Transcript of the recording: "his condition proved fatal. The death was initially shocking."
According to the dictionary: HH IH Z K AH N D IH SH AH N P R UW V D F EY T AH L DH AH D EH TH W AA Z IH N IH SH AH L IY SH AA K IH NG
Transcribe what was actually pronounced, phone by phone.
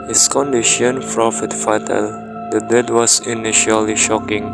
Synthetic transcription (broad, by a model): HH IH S K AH N D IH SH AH N F R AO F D F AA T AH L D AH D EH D W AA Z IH N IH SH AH L IY SH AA K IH NG